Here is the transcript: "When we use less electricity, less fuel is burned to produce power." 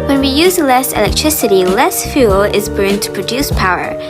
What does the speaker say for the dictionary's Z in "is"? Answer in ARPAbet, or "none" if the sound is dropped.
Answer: Z